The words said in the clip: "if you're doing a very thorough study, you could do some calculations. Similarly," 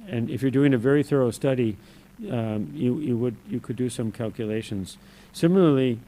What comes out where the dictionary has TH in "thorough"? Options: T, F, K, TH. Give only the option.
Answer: TH